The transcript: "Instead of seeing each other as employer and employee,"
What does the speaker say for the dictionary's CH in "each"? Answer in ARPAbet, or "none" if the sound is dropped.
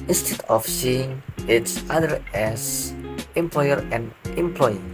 S